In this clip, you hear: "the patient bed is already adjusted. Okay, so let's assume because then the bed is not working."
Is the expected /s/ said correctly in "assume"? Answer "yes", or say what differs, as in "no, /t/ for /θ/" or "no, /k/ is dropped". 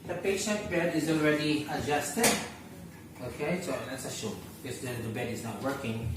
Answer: no, /ʃ/ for /s/